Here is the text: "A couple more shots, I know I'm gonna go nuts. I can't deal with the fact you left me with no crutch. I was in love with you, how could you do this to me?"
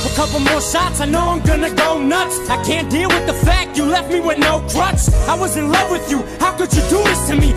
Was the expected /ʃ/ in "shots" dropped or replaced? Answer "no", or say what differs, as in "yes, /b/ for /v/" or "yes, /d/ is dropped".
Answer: yes, /s/ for /ʃ/